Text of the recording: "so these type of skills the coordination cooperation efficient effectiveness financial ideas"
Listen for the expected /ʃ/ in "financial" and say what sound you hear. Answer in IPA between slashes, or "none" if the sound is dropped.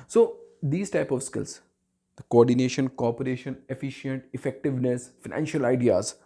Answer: /ʃ/